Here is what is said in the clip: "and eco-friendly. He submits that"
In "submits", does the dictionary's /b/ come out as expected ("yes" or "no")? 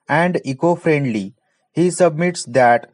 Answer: yes